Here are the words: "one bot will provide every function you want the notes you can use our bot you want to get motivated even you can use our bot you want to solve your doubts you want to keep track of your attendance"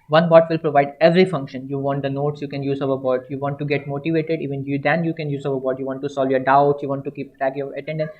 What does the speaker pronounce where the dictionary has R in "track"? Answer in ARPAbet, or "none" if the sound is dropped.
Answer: none